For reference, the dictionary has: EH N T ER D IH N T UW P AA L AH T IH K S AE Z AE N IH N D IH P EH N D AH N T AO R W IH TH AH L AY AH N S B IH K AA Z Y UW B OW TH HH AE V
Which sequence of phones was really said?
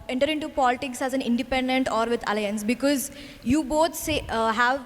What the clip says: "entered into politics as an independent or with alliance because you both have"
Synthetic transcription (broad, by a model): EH N T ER D IH N T UW P AA L AH T IH K S AE Z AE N IH N D IH P EH N D AH N T AO R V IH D AH L AY AH N S B IH K AA Z Y UW B OW S HH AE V